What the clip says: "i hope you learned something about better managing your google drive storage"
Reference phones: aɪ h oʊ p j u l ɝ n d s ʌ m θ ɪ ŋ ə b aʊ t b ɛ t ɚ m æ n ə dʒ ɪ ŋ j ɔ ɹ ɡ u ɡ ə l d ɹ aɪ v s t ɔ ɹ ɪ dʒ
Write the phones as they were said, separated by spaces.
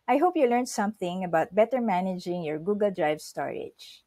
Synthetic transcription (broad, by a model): aɪ h oʊ p j u l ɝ n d s ʌ m θ ɪ ŋ ə b aʊ t b ɛ t ɚ m æ n ə dʒ ɪ ŋ j ɔ ɹ ɡ u ɡ ə l d ɹ aɪ v s t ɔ ɹ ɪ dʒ